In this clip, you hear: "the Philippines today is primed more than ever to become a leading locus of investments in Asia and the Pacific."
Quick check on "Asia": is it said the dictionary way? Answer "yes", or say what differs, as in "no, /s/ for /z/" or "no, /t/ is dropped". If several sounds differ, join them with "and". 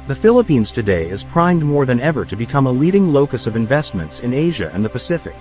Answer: yes